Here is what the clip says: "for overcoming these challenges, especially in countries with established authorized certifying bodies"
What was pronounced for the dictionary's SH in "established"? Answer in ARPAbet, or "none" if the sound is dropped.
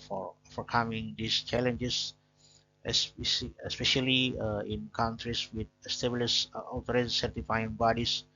S